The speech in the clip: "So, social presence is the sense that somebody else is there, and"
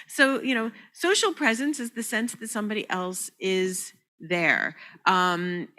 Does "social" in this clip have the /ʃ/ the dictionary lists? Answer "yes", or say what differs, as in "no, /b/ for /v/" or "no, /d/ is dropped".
no, /s/ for /ʃ/